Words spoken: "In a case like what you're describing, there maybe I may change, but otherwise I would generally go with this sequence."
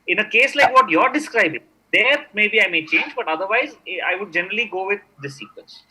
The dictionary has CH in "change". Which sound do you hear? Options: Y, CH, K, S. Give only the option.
CH